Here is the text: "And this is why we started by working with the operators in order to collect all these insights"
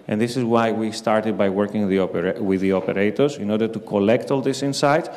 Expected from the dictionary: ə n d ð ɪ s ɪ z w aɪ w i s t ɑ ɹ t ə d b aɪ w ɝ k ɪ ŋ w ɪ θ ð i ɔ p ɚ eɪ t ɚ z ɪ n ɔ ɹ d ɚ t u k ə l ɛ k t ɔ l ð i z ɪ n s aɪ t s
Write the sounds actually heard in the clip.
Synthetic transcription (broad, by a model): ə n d ð ɪ s ɪ z w aɪ w i s t ɑ ɹ t ə d b aɪ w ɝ k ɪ ŋ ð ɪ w ð i ɔ p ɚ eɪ t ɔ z ɪ n ɔ ɹ d ɚ t u k ə l ɛ k t ɔ l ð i s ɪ n s aɪ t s